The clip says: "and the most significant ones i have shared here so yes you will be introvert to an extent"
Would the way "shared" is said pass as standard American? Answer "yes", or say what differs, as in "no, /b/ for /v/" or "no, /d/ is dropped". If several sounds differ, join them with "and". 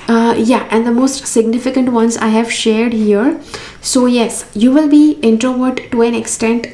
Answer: yes